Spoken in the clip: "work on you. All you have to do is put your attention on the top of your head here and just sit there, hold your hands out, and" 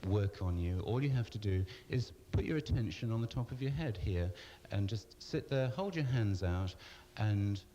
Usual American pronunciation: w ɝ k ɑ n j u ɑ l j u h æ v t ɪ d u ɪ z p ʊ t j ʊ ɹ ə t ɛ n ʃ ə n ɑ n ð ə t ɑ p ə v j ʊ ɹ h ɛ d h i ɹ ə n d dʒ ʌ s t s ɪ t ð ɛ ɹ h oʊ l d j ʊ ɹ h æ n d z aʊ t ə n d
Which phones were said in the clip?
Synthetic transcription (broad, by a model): w ɝ k n j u ɑ l j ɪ h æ f t ɪ d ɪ ɪ z p ʊ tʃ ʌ ɹ ə t ɛ n ʃ ə n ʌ n ð ə t ɑ p ə v j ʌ ɹ h ɛ d h i ɹ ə n dʒ ʌ s t s ɪ t ð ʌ ɹ h oʊ l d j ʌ ɹ h æ n d z aʊ t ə n